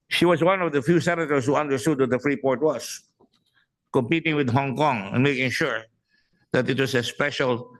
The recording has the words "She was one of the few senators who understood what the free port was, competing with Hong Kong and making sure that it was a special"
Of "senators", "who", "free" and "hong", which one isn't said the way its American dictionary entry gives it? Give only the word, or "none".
senators